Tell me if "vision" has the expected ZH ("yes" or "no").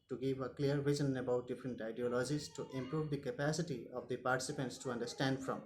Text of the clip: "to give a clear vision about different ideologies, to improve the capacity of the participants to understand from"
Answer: no